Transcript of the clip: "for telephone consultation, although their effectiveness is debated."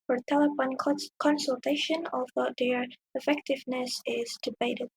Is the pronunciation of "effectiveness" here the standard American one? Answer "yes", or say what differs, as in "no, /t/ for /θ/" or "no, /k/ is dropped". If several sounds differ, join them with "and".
yes